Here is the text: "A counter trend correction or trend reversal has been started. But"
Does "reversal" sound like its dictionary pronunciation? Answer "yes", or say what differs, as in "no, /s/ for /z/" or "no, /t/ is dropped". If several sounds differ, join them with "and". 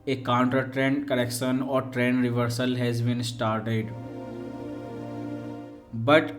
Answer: yes